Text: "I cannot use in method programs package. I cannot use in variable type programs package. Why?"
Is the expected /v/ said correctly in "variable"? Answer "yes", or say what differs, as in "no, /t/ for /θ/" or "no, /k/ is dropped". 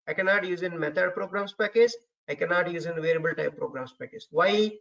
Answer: yes